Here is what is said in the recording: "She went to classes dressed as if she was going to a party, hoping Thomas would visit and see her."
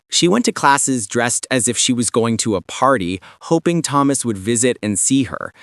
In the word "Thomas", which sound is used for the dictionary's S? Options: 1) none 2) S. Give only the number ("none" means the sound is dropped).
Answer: 2